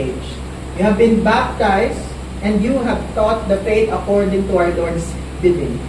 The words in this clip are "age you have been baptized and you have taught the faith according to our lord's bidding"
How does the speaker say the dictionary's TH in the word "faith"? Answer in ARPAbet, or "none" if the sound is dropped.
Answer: T